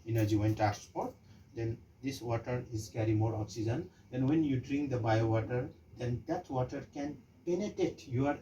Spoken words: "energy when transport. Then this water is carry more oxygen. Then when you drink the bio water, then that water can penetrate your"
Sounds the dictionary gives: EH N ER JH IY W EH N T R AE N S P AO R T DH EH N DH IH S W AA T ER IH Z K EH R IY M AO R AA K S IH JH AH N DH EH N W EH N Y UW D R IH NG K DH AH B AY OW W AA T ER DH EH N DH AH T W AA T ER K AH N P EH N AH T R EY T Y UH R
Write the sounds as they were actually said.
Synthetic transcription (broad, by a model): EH N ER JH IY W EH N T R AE S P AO R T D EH N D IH S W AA T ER IH Z K EH R IY M AO R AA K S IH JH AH N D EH N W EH N Y UW D R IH NG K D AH B AY OW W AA T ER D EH N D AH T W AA T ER K AH N P EH N AH T R EY T Y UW R